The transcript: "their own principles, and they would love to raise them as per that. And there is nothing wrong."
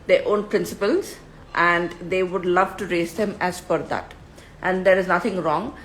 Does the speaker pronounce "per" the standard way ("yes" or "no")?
no